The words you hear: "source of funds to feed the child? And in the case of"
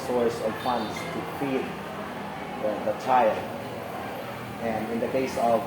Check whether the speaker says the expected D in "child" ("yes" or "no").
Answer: no